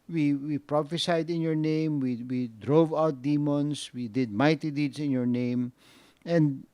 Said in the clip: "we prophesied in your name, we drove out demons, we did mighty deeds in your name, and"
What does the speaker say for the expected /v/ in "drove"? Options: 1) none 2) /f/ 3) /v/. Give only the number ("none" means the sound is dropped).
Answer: 3